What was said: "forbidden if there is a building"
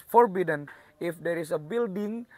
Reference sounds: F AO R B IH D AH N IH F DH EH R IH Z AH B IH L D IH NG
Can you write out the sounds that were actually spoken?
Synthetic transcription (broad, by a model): F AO R B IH D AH N IH F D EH R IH S AH B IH L D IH NG